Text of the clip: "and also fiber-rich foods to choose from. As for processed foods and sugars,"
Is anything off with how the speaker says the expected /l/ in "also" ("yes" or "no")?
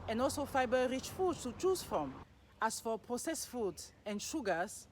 no